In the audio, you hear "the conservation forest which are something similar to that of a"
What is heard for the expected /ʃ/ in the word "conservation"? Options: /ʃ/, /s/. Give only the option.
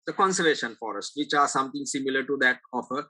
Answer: /ʃ/